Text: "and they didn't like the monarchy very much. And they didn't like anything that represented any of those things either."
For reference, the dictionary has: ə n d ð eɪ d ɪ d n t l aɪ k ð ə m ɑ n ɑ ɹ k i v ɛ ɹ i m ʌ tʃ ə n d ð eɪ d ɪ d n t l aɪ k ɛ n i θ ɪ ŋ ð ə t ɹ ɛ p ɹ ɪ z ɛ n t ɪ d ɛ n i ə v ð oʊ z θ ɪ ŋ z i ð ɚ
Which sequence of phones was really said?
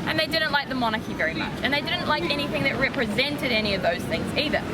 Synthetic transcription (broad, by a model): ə n ð eɪ d ɪ d n t l aɪ k ð ə m ɑ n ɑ k i v ɛ ɹ i m ʌ tʃ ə n ð eɪ d ɪ d n t l aɪ k ɛ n i θ ɪ ŋ ð ə t ɹ ɛ p ɹ ɪ z ɛ n t ɪ d ɛ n i ə v ð oʊ z θ ɪ ŋ z i ð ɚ